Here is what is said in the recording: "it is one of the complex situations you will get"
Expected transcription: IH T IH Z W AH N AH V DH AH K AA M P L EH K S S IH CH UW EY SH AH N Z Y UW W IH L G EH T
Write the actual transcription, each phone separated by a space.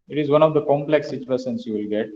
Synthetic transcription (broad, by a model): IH T IH Z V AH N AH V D AH K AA M P L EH K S S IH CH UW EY S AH N S Y UW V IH L G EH T